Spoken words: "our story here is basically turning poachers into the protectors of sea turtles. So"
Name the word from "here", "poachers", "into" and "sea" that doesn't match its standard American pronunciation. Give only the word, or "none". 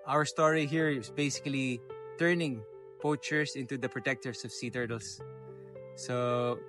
poachers